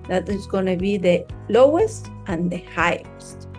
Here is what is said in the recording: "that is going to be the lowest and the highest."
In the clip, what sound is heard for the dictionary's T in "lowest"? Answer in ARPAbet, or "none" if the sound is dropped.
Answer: T